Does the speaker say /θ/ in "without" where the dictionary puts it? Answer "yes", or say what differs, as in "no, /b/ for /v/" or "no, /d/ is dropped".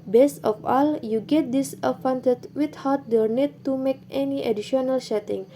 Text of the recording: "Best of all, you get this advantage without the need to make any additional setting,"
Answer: no, /t/ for /θ/